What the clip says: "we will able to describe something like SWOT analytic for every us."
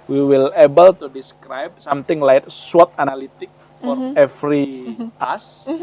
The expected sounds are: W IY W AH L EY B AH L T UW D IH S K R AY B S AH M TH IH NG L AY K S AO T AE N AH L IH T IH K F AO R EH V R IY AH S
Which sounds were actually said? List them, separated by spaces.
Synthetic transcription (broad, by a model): W IY W AH L EY B AH L T UW D IH S K R AY B S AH M T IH NG L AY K S AO T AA N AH L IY T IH K F AO R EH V R IY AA S